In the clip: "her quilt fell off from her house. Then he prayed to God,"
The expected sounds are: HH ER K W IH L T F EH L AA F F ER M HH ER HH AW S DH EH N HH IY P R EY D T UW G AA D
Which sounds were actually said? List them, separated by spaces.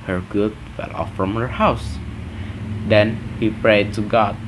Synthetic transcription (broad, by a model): HH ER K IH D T F EH L AA F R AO M HH ER HH AW S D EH N HH IY P R EY D T UW G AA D